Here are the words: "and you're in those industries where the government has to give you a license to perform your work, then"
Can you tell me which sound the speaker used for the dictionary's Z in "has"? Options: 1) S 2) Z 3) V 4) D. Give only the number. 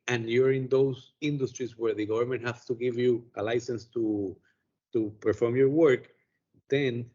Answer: 1